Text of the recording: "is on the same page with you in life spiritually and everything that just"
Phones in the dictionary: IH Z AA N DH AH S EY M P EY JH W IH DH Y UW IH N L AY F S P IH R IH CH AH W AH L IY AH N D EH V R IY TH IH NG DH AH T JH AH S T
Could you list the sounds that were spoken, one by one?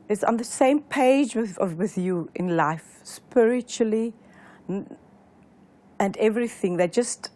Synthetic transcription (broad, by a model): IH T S N DH AH S EY M P EY JH W IH DH Y UW IH N L AY F S P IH R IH CH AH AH L IY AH N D EH V R IY TH IH NG DH AH T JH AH S T